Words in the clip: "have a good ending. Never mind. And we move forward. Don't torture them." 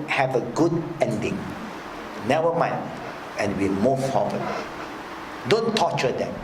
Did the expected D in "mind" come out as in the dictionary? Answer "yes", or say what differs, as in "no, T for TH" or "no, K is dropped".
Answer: no, D is dropped